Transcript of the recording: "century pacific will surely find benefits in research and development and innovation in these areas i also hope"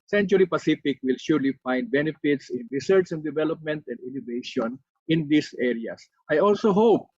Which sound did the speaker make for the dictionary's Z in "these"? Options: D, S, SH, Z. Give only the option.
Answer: S